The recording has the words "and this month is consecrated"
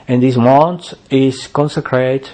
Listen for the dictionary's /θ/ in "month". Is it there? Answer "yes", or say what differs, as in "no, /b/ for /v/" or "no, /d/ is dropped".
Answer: no, /t/ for /θ/